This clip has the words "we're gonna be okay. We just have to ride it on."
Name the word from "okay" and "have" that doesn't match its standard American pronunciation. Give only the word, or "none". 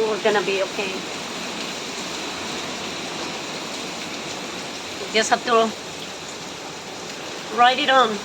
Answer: have